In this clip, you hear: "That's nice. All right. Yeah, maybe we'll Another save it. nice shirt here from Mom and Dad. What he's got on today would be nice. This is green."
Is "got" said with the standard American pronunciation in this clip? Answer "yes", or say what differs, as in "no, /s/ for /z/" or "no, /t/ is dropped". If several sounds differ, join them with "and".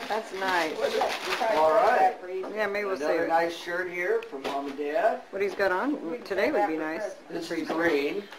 yes